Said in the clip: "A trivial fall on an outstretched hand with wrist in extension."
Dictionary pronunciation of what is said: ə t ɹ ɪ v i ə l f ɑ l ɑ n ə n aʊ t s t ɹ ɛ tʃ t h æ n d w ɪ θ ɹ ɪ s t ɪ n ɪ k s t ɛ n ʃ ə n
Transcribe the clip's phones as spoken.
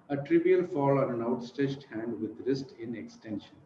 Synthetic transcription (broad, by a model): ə t ɹ ɪ v i ə l f ɑ l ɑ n ə n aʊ t s t ɛ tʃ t h æ n d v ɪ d ɹ ɪ s t ɪ n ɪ k s t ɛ n ʃ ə n